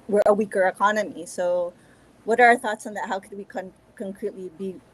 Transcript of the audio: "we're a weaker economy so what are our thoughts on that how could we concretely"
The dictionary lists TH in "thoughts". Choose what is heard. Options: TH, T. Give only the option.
TH